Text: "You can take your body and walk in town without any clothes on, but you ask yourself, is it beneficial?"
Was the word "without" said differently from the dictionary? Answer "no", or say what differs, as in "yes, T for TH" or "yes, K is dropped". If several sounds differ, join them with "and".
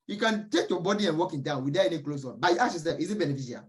yes, T is dropped